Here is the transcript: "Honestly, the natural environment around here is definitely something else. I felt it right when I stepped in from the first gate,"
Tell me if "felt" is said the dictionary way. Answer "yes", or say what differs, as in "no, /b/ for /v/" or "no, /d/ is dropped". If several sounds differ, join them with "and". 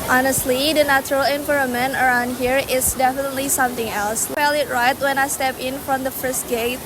no, /t/ is dropped